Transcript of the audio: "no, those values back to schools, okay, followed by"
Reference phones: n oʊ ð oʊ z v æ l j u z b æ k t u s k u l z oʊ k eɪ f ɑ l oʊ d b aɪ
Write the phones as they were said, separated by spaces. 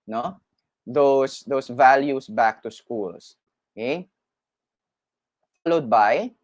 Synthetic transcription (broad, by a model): n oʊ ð oʊ s v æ l j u s b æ k t u s k u l s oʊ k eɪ f ɑ l oʊ d b aɪ